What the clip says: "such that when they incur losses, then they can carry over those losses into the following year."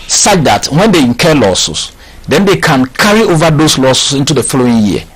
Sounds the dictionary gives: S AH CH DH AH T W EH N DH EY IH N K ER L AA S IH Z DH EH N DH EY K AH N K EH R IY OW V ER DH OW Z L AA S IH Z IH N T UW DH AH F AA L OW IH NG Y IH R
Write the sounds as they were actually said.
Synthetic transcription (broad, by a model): S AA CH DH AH T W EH N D EY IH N K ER L AA S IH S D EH N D EY K AH N K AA R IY OW V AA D OW S L AA S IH S IH N T UW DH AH F AA L OW IH NG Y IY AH